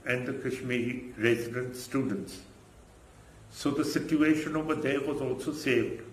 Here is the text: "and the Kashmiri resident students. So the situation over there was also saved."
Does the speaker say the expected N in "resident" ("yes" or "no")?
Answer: yes